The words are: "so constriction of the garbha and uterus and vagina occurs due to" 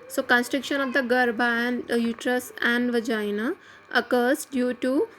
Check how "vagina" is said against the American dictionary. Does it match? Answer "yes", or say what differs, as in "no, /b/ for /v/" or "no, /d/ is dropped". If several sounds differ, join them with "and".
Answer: yes